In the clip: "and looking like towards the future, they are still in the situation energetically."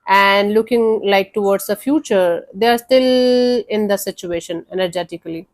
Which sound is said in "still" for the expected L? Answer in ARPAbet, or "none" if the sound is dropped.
L